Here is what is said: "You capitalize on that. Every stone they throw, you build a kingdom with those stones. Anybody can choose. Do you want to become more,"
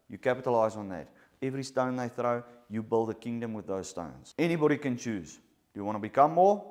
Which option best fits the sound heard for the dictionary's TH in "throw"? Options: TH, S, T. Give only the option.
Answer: TH